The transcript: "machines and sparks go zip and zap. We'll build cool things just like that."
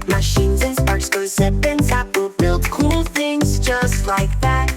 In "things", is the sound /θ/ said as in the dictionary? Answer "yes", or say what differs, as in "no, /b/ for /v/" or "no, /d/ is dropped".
yes